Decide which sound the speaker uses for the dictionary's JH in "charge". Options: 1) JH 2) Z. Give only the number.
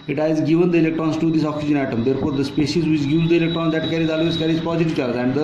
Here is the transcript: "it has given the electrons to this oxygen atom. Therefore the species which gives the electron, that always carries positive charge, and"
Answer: 2